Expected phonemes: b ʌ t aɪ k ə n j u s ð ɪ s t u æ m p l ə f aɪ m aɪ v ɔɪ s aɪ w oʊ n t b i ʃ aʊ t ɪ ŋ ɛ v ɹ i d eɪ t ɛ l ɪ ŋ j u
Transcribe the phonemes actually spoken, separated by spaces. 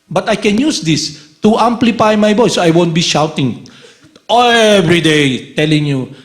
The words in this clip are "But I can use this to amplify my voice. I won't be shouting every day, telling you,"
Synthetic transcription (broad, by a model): b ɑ t aɪ k ə n j u s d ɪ s t u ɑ m p l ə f aɪ m aɪ b ɔɪ s aɪ w oʊ n t b i ʃ aʊ t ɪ ŋ ɛ v ɹ i d eɪ t ɛ l ɪ ŋ j u